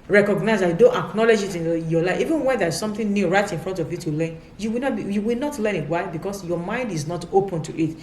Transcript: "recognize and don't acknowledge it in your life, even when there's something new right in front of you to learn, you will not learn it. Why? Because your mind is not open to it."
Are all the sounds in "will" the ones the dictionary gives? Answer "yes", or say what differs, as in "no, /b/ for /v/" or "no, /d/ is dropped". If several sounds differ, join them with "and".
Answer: no, /w/ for /l/